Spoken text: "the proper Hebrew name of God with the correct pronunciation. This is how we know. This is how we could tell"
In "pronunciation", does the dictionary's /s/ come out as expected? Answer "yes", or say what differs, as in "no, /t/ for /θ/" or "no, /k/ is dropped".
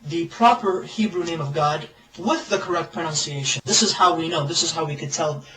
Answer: yes